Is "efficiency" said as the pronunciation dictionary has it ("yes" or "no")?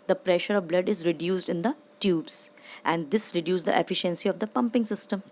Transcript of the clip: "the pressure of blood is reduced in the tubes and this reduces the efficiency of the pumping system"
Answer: yes